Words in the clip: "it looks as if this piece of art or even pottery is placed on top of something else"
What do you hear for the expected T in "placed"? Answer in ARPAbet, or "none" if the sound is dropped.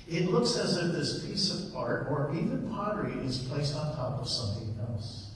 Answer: T